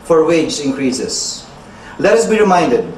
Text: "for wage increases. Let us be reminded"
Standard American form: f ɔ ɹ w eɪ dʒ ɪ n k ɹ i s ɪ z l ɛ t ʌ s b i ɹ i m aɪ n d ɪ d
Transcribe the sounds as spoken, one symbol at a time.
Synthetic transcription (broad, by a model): f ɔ ɹ w eɪ dʒ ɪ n k ɹ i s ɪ s l ɛ t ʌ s b i ɹ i m aɪ n d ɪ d